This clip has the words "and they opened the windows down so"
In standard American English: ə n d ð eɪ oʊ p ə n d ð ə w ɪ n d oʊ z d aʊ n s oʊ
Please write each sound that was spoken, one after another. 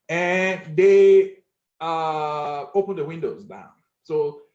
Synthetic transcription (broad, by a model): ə n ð eɪ oʊ p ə n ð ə w ɪ n d oʊ z d aʊ n s oʊ